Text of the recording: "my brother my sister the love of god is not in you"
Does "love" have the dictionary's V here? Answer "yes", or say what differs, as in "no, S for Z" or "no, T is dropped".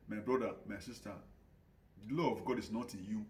no, V is dropped